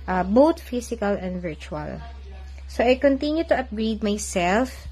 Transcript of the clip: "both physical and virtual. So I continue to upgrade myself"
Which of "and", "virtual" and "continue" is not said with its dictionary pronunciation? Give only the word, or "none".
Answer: none